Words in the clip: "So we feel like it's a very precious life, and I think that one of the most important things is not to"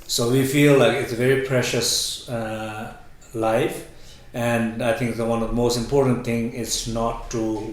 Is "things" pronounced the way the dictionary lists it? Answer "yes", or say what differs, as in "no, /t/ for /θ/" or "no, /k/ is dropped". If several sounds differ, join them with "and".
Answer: no, /z/ is dropped